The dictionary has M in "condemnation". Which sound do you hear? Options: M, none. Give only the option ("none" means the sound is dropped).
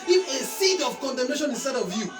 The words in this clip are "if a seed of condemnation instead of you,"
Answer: M